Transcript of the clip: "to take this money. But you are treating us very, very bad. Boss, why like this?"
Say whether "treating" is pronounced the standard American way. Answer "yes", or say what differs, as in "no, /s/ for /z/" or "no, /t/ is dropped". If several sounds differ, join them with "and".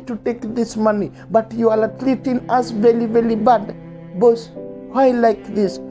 no, /l/ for /ɹ/